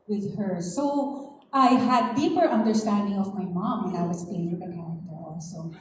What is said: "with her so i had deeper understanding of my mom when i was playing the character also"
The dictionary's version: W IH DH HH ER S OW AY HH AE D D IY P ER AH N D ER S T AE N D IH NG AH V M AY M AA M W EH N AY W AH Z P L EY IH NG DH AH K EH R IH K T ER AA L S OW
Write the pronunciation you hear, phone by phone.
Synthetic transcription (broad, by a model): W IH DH HH ER S OW AY HH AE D D IY P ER AH N D ER S T AE N D IH NG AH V M AY M AA M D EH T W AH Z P EY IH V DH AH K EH R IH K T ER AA L S OW